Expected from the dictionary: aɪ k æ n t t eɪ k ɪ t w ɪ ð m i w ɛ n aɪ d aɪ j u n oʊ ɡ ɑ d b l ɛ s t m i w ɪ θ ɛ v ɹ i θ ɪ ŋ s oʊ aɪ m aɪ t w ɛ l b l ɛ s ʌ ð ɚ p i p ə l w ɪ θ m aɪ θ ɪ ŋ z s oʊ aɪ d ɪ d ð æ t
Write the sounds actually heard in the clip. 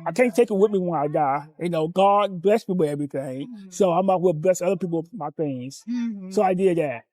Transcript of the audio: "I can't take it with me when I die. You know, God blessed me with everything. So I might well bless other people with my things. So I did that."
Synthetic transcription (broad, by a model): aɪ k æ n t t eɪ k ɪ t w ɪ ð m i w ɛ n aɪ d aɪ j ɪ n oʊ ɡ ɑ d b l ɛ s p i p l ɛ v ɹ i θ ɪ ŋ s oʊ aɪ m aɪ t w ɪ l b l ɛ s ʌ ð ɚ p i p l m aɪ θ ɪ ŋ z s oʊ aɪ d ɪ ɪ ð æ t